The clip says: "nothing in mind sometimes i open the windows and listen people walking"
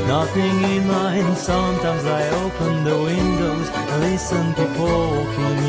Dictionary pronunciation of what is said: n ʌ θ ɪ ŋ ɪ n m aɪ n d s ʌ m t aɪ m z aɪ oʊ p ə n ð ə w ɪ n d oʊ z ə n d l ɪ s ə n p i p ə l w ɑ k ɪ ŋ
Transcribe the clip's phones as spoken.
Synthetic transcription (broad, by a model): n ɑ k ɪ ŋ ɪ n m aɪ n s ʌ m t aɪ m z aɪ oʊ p ə n ð ə w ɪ n d oʊ ə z l ɪ s ə n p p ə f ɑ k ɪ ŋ